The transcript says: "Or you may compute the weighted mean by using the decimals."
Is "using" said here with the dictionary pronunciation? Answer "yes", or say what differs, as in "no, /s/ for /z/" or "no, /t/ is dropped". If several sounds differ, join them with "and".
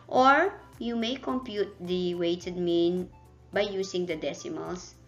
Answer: no, /s/ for /z/